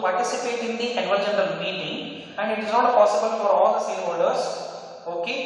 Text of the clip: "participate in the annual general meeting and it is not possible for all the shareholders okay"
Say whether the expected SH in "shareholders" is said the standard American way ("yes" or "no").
no